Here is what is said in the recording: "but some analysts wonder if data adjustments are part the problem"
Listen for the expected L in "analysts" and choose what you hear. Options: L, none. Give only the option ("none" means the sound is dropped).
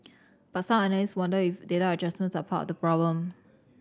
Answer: none